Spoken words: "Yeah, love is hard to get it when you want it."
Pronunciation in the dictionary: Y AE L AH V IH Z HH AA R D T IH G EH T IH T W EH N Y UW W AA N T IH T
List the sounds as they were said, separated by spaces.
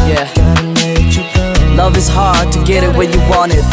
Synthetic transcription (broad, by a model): Y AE L AH V IH Z HH AA R D T IH G EH T IH T W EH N Y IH W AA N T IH T